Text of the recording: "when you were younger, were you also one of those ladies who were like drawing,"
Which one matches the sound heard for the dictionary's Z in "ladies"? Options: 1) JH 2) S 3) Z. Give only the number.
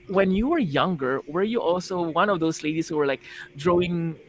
2